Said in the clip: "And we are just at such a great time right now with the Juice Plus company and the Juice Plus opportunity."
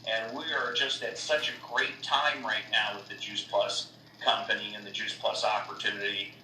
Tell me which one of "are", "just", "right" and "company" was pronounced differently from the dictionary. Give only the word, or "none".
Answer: none